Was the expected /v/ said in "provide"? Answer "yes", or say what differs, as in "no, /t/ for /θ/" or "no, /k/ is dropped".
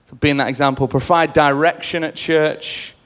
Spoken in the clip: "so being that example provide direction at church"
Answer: no, /f/ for /v/